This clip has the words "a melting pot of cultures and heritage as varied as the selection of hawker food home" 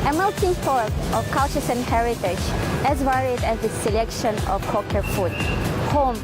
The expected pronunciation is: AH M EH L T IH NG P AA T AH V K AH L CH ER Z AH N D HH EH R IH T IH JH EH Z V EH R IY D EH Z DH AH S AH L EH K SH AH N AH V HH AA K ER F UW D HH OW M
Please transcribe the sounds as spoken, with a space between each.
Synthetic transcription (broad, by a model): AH M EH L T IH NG F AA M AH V K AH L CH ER S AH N HH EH R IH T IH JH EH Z V EH R IY D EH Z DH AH S AH L EH K SH AH N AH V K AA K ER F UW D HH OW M